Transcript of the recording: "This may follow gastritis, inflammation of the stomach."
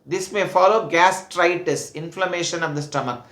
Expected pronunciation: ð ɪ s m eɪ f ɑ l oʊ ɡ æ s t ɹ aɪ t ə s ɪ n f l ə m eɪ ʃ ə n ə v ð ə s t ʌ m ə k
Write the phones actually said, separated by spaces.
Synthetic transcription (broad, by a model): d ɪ s m eɪ f ɑ l oʊ ɡ æ s t ɹ aɪ t ə s ɪ n f l ə m eɪ ʃ ə n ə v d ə s t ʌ m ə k